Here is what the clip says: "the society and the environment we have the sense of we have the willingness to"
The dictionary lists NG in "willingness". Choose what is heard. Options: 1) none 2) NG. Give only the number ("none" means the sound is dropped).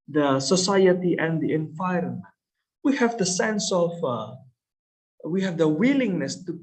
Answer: 2